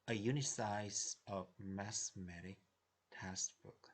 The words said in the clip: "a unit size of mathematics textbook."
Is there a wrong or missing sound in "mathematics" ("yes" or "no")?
yes